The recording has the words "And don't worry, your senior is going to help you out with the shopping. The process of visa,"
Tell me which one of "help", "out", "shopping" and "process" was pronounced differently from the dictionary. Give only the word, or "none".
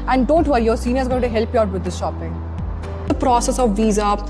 none